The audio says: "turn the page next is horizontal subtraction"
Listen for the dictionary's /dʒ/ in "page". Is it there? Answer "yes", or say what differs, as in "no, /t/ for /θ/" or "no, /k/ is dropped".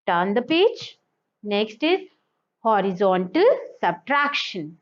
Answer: no, /tʃ/ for /dʒ/